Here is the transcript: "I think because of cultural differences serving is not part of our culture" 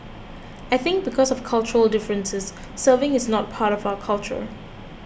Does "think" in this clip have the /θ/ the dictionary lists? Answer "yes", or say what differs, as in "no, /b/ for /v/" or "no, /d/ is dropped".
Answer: yes